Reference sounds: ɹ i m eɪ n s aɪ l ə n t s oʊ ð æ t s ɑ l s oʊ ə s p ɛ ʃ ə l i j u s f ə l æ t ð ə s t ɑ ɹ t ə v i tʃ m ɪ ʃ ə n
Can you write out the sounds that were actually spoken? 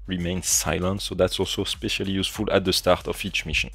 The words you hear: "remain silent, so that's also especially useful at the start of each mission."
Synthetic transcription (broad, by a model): ɹ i m eɪ n s aɪ l ə n t s oʊ ð æ t s ɑ l s oʊ s p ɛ ʃ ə l i j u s f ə l æ t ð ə s t ɑ ɹ t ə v i tʃ m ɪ ʃ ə n